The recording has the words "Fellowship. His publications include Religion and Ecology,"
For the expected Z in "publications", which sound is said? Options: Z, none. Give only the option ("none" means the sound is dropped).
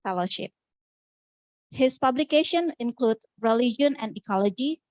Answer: none